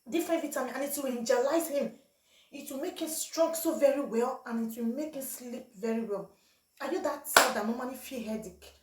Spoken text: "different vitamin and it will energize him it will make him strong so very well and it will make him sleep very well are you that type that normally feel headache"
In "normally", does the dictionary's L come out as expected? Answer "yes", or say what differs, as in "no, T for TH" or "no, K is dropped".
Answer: no, N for L